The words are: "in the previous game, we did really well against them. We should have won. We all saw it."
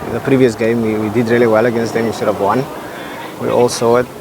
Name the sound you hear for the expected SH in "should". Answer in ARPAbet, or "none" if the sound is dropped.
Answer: S